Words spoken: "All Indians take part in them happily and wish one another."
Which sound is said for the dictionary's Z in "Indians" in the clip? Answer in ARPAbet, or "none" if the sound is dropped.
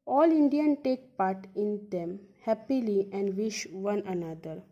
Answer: none